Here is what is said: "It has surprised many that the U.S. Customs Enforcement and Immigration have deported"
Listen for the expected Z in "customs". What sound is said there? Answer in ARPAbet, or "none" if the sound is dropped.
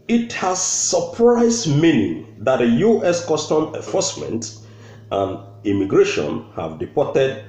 none